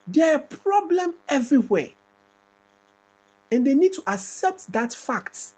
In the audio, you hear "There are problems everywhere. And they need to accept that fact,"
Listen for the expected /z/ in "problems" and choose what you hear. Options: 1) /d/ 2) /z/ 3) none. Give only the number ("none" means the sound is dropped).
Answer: 3